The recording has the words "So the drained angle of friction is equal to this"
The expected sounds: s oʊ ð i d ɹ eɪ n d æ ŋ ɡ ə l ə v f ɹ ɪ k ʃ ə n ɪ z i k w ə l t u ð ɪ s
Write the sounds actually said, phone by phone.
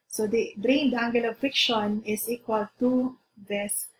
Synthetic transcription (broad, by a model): s oʊ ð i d ɹ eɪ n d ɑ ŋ ɡ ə l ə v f ɪ k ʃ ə n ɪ s i k w ə l t u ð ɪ s